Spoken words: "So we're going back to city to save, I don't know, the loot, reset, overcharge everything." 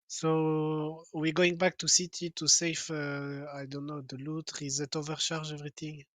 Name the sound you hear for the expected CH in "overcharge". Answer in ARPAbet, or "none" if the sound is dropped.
SH